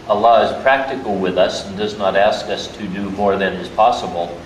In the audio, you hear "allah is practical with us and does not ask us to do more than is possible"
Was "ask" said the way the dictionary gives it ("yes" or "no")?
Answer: yes